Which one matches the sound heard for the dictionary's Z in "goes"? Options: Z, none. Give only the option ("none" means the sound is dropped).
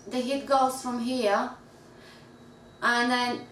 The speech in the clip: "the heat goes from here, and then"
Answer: none